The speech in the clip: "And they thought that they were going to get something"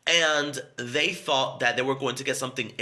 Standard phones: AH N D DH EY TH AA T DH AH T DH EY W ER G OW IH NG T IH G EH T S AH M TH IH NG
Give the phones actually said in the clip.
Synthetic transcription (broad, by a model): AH N DH EY TH AA T DH AH T DH EY W ER G OW IH NG T IH G EH T S AH M TH IH NG